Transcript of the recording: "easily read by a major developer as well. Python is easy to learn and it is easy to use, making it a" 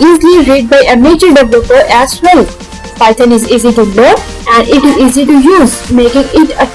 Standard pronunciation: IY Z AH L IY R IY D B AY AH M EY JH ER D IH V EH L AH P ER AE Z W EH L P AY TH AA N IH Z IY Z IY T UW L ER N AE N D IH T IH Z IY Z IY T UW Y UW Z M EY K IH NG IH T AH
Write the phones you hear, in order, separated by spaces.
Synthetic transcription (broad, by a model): IY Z L IY R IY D B AY AH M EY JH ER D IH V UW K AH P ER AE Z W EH L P AY T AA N IH Z IY Z IY T UW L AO AE N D IH T IH Z IY Z IY T UW Y UW Z M EY K IH NG IH T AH